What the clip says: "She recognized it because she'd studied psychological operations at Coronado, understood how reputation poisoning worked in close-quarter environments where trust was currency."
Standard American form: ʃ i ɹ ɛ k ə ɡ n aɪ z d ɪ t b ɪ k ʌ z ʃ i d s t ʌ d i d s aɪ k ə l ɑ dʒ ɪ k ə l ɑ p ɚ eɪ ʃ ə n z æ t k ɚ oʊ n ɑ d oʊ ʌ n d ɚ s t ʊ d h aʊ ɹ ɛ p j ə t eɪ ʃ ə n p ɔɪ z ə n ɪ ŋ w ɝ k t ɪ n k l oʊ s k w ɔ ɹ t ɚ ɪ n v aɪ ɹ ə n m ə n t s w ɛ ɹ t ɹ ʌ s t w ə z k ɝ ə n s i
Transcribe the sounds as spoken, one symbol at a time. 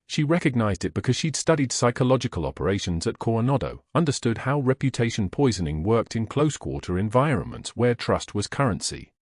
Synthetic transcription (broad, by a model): ʃ i ɹ ɛ k ə ɡ n aɪ z d ɪ t b ɪ k ʌ z ʃ i d s t ʌ d i d s aɪ k ə l ɑ dʒ ɪ k ə l ɑ p ɚ eɪ ʃ ə n z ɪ t k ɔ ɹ n ɑ d oʊ ʌ n d ɚ s t ʊ d h aʊ ɹ ɛ p j ə t eɪ ʃ ə n p ɔɪ z ə n ɪ ŋ w ɝ k t ɪ n k l oʊ s k w ɔ ɹ t ɚ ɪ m v aɪ ɹ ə n m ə n t s w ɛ ɹ t ɹ ʌ s t w ə z k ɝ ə n s i